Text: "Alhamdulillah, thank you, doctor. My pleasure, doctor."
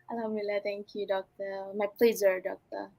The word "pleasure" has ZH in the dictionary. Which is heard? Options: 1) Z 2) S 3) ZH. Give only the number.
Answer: 1